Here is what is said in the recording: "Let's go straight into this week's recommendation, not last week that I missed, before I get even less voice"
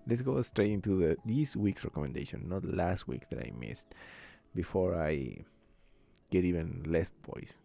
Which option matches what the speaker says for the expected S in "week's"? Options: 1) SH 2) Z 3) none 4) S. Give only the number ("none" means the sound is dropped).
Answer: 4